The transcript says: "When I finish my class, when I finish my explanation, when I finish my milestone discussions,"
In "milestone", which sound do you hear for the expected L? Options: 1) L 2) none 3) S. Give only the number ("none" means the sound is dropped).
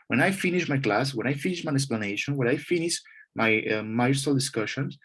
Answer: 2